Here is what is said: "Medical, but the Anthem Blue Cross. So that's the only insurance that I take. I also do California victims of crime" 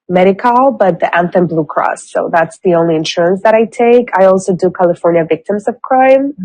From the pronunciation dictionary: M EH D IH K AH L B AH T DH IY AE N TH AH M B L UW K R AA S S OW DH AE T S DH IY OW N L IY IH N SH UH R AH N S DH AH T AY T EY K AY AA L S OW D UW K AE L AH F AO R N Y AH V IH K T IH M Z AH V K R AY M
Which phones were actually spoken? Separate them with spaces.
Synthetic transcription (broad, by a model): M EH D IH K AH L B AH T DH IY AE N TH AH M B L UW K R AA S S OW DH AE T S DH IY OW N L IY IH N SH UH R AH N S DH AH T AY T EY K AY AA L S OW D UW K AE L AH F AO R N Y AH V IH K T IH M Z AH V K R AY M